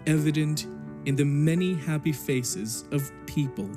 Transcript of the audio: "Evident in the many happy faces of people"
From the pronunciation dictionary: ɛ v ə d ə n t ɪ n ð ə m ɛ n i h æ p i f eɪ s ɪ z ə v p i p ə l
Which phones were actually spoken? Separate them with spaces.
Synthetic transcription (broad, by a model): ɛ v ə d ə n t ɪ n ð ə m ɛ n i h æ p i f eɪ s ɪ z ə v p i p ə l